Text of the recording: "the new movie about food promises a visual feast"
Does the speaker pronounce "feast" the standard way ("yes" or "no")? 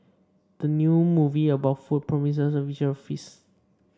no